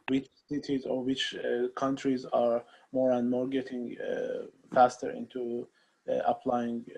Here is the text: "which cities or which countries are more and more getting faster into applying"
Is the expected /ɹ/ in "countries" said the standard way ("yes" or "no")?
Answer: yes